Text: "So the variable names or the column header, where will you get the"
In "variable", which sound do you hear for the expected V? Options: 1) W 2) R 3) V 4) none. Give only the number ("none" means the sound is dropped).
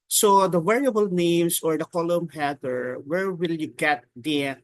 1